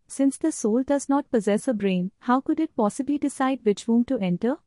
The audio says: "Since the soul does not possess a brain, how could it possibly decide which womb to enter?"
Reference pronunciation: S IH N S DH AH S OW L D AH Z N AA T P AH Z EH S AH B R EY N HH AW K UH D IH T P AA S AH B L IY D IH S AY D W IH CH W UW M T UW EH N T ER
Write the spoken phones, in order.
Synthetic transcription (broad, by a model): S IH N S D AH S OW L D AH Z N AA T P AH Z EH S AH B R EY N HH AW K UH D IH T P AA S AH B L IY D IH S AY D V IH CH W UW M T UW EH N T ER